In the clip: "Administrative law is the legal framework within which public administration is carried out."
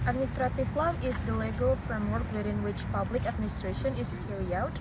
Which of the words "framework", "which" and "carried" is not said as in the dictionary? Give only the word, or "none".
carried